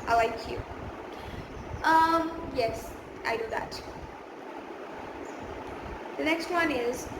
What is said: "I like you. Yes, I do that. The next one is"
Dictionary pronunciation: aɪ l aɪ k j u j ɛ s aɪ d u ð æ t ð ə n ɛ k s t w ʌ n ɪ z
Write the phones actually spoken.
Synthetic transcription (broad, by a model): aɪ l aɪ k j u j ɛ s aɪ d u ð æ t ð ə n ɛ k s t w ʌ n ɪ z